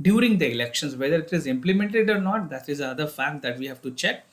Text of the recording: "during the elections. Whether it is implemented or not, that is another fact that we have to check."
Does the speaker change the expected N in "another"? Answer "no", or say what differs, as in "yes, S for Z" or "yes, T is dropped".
yes, N is dropped